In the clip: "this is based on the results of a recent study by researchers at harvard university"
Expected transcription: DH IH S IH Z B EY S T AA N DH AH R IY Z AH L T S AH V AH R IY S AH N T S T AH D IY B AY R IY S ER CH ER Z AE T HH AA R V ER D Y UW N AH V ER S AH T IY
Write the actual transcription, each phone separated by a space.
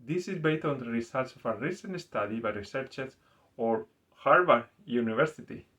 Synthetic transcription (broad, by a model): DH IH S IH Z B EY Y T AA N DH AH R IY S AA L T S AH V AH R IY S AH N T S T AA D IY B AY R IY S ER CH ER S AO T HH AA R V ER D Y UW N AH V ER S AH T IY